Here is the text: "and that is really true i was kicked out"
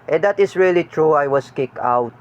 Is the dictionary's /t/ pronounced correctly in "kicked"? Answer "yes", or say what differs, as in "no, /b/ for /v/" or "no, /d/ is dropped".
no, /t/ is dropped